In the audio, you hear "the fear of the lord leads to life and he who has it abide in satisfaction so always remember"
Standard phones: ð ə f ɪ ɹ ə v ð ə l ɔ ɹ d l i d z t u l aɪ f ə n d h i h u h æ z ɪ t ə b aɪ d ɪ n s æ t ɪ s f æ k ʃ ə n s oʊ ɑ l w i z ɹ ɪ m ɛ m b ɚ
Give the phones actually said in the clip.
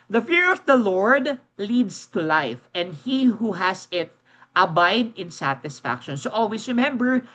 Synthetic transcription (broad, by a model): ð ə f ɪ ɹ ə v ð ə l ɔ ɹ d l i d s t u l aɪ f ə n d h i h u h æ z ɪ t ə b aɪ d ɪ n s æ t ɪ s f æ k ʃ ə n s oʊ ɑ l w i s ɹ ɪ m ɛ m b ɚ